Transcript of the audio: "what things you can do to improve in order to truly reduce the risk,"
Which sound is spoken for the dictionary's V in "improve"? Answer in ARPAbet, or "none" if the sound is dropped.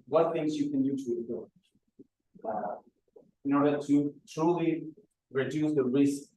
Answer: none